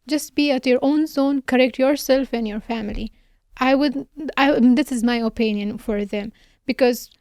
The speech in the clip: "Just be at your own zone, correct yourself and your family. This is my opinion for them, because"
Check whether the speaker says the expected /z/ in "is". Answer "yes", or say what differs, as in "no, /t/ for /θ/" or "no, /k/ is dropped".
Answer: yes